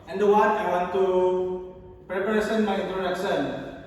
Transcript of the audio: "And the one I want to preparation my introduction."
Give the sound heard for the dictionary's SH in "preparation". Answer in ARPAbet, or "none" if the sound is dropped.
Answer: S